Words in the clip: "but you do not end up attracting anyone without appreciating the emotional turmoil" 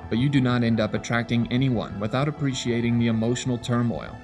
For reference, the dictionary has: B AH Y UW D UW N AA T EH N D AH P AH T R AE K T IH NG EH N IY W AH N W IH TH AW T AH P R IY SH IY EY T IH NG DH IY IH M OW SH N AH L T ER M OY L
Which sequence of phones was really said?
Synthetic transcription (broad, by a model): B AH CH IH D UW N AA T EH N D AH P AH T R AE K T IH NG EH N IY W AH N W IH TH AW T AH P R IY SH IY EY T IH NG DH IY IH M OW SH N L T ER M OY L